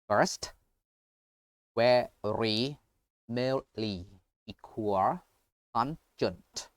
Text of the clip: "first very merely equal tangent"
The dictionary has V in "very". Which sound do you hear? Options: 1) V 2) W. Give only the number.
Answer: 2